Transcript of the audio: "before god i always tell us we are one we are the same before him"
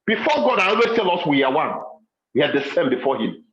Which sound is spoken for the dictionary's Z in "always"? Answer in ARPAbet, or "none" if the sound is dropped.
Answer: S